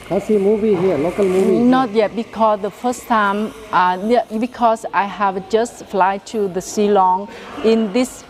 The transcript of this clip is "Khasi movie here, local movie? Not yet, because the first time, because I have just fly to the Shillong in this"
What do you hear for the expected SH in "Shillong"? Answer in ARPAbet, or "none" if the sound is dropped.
S